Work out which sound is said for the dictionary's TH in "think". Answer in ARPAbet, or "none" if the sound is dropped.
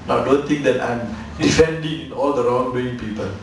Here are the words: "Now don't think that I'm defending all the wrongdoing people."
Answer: T